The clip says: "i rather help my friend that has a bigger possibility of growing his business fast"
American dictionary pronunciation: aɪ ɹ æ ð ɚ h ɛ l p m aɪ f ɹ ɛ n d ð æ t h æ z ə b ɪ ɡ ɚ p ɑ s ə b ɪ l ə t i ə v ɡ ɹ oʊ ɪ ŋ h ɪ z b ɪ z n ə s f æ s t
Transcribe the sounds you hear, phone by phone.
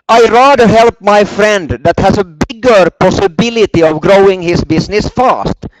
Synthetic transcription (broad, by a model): aɪ ɹ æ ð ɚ h ɛ l p m aɪ f ɹ ɛ n d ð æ t h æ s ə b ɪ ɡ ɚ p ɑ s ə b ɪ l ə t i ə v ɡ ɹ oʊ ɪ ŋ h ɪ s b ɪ s n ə s f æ s t